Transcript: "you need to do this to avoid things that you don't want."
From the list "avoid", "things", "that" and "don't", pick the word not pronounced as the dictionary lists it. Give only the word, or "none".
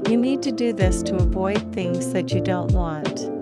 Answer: none